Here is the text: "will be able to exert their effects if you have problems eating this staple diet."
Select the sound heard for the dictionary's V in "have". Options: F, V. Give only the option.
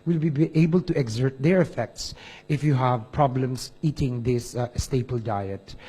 V